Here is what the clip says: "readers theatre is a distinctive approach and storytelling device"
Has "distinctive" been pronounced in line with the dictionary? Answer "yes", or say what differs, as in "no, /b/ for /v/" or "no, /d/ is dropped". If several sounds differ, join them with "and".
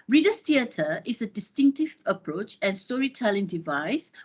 yes